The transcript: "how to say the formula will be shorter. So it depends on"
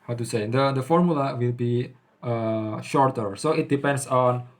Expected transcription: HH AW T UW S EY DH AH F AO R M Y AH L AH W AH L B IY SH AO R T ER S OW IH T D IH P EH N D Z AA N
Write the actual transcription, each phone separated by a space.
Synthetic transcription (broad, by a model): HH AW T UW S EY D AH F AO R M Y AH L AH W AH L B IY SH AO R T ER S OW IH T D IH P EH N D S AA N